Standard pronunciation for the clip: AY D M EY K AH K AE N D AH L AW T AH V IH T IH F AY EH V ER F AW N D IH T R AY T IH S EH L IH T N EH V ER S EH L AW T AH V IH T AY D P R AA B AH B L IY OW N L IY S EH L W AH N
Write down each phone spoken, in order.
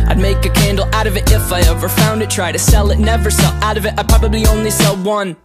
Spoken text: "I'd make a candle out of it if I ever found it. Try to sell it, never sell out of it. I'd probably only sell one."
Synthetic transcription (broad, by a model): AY D M EY K AH K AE N D L AW T AH V IH T IH F AY EH V ER F AW N D IH T R AY T IH S EH L IH T N EH V ER S EH L AW T AH V IH T AY P R AA B AH B L IY OW N L IY S EH L W AH N